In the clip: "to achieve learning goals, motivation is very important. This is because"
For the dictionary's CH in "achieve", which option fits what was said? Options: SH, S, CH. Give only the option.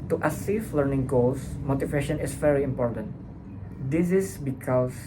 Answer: S